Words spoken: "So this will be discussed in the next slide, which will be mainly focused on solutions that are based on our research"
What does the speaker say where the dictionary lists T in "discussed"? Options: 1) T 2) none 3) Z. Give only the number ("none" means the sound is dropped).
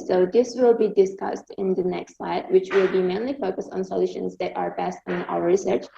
1